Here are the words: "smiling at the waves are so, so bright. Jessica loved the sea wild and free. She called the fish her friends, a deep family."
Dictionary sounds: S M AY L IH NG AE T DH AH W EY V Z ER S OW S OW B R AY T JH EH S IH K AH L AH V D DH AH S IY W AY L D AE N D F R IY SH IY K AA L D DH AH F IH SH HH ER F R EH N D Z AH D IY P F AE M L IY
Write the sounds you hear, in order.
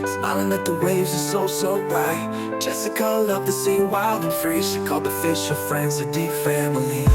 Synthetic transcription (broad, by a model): S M AY L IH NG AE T DH AH W EY V Z ER S OW S OW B R AY T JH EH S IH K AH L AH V DH AH S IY W AY L D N F R IY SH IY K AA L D DH AH F IH SH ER F R EH N D Z AH D IY P F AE M L IY